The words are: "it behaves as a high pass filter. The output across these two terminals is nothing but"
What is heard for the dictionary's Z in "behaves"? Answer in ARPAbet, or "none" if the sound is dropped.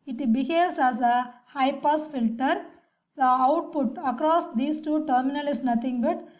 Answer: S